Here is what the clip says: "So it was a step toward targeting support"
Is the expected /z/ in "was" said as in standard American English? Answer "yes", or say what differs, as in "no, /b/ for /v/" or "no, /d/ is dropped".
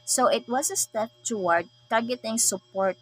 no, /s/ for /z/